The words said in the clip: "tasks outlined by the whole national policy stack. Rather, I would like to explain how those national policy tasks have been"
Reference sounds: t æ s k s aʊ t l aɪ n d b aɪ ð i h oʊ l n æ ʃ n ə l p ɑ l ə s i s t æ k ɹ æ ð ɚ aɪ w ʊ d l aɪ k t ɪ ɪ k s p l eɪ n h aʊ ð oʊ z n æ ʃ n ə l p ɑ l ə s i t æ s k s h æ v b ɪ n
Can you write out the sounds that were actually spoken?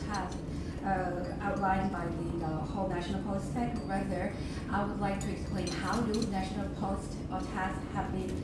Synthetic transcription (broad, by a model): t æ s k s aʊ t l aɪ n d b aɪ ð i h oʊ l n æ ʃ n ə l p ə i s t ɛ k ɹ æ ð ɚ aɪ w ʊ d l aɪ k t ɪ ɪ k s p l eɪ n h aʊ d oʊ n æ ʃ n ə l p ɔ ə s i t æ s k h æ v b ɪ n